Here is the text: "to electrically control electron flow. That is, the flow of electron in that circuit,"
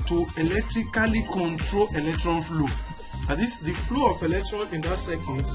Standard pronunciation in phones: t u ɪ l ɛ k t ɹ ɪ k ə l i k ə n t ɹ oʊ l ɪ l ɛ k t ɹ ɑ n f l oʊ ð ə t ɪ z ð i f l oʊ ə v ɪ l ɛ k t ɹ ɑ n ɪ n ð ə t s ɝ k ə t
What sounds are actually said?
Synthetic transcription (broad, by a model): t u ɪ l ɛ k t ɹ ɪ k ə l i k ə n t ɹ oʊ l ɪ l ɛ k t ɹ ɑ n f l oʊ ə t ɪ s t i f l oʊ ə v ɪ l ɛ k t ɹ ɑ n ɪ n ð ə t s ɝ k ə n